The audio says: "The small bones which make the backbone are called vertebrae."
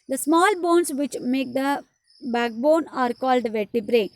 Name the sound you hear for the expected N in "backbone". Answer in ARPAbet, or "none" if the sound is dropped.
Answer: N